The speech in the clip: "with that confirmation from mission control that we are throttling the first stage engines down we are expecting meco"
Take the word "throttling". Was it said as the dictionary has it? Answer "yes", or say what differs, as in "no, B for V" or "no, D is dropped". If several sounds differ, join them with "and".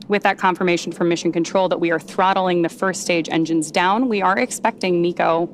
yes